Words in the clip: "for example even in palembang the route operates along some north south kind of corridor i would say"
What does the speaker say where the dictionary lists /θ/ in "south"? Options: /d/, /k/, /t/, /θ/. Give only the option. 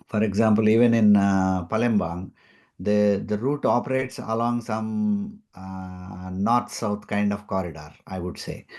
/t/